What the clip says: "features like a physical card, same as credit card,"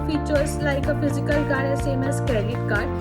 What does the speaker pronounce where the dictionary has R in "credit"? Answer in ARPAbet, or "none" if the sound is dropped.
none